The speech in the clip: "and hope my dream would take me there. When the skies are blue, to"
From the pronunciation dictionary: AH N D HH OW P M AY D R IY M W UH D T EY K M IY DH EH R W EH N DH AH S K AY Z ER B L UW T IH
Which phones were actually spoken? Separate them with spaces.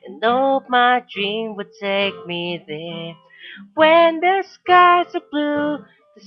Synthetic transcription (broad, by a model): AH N OW M AY D R IY M W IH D T EY K M IY DH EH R W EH N DH AH S K AY Z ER B L UW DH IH